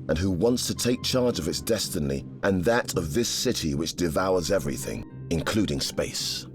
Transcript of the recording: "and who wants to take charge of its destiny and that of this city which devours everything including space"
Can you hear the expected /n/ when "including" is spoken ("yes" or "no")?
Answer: yes